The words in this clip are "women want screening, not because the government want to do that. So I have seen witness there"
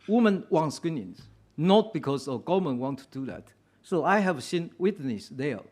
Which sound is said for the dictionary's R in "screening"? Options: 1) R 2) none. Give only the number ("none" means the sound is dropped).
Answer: 2